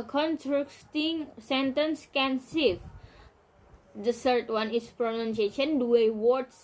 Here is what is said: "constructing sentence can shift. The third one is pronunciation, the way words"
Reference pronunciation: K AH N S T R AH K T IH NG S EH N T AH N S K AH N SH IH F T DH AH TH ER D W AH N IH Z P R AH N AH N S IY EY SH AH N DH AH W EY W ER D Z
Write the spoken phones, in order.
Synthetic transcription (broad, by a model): K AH N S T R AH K T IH NG S EH N T AH N S K AH N S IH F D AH S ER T W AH N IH S P R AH N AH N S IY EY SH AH N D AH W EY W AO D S